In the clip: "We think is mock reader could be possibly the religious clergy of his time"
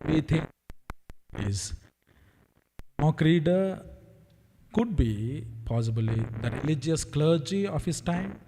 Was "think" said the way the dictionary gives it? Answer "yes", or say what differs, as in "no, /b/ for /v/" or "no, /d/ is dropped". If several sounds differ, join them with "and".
no, /t/ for /θ/